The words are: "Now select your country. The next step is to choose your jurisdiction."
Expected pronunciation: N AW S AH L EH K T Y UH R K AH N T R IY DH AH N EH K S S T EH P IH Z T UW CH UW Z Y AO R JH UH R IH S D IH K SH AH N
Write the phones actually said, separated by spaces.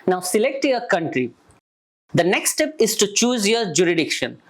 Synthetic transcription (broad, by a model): N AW S AH L EH K T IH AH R K AH N T R IY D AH N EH K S S T EH P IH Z T UW CH UW Z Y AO R JH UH R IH D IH K SH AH N